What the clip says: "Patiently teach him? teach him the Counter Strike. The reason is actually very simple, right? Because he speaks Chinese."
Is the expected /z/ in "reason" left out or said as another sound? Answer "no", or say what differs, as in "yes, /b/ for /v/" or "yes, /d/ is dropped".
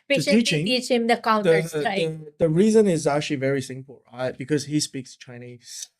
no